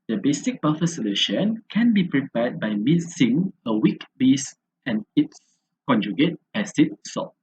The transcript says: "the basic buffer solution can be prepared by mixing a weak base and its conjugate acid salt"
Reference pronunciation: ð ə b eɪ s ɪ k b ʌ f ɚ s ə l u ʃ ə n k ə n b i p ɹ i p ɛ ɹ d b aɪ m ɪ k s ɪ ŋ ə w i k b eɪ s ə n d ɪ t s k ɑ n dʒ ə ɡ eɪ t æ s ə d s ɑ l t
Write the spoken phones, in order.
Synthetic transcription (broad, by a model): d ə b eɪ s ɪ k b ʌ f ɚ s ə l u ʃ ə n k ə n b i p ɹ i p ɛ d b aɪ m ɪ s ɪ ŋ ə w i k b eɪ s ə n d ɪ t s k ɑ n dʒ ə ɡ eɪ t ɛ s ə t s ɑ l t